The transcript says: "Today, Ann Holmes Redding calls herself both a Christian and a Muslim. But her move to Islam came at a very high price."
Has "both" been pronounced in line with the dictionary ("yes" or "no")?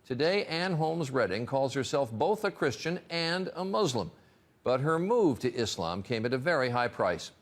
yes